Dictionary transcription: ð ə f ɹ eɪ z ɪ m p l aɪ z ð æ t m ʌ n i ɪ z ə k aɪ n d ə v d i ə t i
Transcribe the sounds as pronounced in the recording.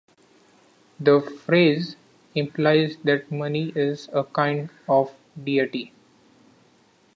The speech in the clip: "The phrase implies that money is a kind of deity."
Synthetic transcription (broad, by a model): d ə f ɹ eɪ z ɪ m p l aɪ z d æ t m ʌ n i ɪ z ə k aɪ n d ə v d i ə t i